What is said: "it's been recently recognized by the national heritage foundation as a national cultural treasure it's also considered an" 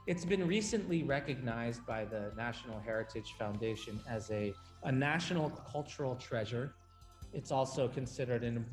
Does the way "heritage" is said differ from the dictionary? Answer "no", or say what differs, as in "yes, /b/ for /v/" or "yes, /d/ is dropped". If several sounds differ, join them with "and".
yes, /ʒ/ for /dʒ/